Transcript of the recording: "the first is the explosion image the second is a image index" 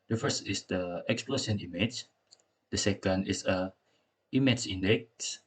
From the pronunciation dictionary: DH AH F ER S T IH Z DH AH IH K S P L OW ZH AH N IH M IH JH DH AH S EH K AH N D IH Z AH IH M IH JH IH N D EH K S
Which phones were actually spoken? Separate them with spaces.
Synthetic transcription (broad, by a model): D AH F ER S T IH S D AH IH K S P L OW S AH N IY M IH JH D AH S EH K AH N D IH S AH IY M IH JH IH N D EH K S